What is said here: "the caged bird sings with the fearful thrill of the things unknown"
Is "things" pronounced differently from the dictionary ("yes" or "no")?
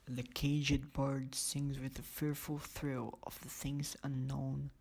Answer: no